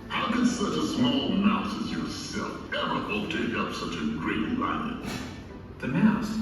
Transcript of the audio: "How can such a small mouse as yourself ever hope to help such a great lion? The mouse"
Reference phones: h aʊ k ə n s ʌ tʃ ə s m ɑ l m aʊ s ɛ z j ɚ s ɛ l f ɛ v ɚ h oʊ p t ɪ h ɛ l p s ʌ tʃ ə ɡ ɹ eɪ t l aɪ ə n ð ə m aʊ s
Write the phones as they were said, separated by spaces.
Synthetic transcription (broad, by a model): h aʊ k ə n s ʌ tʃ ə s m ɑ l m aʊ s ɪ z j ɚ s ɛ l f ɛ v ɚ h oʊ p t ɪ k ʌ p s ʌ tʃ ə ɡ ɹ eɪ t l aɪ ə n ð ə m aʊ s